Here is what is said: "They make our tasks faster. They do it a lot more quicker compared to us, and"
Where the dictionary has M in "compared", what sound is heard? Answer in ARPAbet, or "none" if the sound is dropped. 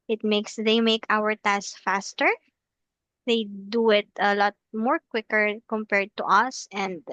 M